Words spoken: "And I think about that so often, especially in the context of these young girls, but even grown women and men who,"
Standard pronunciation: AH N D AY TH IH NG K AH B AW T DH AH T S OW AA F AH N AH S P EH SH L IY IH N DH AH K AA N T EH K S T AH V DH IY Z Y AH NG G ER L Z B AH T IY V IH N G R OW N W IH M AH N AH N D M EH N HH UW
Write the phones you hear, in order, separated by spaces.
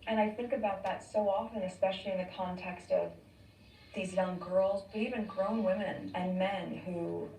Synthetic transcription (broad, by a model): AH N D AY TH IH NG K AH B AW T DH AH T S OW AA F AH N AH S P EH SH L IY IH N DH AH K AA N T EH K S T AH V DH IY Z Y AH NG G ER L Z B AH T IY V IH N G R OW N W IH M AH N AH N M EH N HH UW